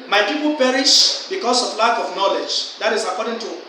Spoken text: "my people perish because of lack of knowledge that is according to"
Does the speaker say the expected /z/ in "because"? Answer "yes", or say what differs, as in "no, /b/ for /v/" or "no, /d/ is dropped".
no, /s/ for /z/